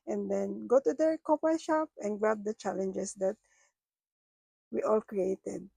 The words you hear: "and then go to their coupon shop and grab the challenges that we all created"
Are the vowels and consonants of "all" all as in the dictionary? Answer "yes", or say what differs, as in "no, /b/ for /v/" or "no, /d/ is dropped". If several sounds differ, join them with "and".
yes